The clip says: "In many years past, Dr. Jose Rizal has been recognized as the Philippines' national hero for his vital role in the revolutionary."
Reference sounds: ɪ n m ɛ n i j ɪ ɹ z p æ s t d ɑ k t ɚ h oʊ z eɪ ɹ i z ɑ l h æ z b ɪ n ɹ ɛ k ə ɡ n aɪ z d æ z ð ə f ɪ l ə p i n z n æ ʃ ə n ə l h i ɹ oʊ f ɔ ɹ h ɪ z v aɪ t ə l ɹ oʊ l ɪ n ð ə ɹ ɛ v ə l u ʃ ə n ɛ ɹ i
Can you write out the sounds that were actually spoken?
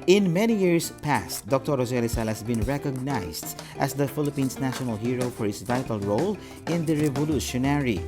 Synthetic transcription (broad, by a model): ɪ n m ɛ n i j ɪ ɹ s p æ s t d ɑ k t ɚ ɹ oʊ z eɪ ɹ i s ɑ l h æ s b ɪ n ɹ ɛ k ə ɡ n aɪ s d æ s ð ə f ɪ l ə p i n s n æ ʃ ə n ə l h i ɹ oʊ f ɔ ɹ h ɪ s v aɪ t ə l ɹ oʊ l ɪ n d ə ɹ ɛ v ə l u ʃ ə n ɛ ɹ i